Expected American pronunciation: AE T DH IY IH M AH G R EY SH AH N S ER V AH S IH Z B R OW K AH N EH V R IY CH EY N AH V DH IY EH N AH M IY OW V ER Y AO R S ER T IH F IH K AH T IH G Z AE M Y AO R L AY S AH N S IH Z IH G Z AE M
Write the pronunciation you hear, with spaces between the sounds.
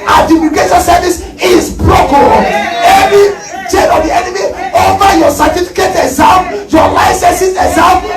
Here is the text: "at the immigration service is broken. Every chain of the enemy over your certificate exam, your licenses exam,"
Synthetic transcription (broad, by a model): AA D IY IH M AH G EY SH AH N S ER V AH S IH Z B R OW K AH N EH V R IY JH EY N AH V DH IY EH N AH M IY OW V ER Y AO S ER T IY F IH K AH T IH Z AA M Y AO L AY S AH N S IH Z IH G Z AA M